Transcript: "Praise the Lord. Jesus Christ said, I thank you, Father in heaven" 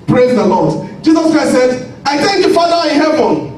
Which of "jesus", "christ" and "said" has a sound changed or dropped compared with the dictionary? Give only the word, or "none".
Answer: christ